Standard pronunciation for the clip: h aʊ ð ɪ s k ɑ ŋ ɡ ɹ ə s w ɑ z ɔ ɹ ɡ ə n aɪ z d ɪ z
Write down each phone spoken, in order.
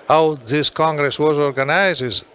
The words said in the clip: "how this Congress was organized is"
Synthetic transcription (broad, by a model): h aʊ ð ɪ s k ɑ ŋ ɡ ɹ ə s w ɑ z ɔ ɹ ɡ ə n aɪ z ɪ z